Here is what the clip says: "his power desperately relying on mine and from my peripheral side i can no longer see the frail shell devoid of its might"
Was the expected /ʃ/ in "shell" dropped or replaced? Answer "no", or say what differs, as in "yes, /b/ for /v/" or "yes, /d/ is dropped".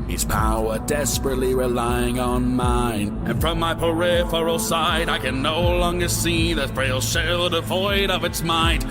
no